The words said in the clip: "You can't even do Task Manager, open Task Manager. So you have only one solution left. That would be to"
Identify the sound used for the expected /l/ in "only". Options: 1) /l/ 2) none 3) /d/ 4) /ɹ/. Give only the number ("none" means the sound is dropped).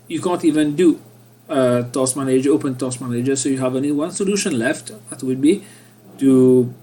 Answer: 2